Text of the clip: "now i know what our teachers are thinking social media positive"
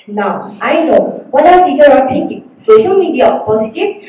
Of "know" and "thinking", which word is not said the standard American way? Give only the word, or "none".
thinking